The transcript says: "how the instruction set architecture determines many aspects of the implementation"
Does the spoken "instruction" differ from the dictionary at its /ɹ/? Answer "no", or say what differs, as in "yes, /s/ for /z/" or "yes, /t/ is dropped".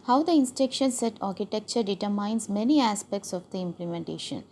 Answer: yes, /ɹ/ is dropped